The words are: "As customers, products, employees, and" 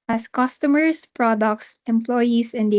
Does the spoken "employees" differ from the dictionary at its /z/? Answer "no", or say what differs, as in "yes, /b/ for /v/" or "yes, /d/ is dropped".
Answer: yes, /s/ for /z/